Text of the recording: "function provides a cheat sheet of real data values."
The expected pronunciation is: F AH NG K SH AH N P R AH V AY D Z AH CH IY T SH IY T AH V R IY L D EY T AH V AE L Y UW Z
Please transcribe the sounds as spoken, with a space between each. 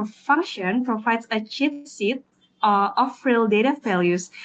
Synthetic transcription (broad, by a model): F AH NG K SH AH N P R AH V AY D S AH CH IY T S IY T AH F R IY L D EY T AH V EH L Y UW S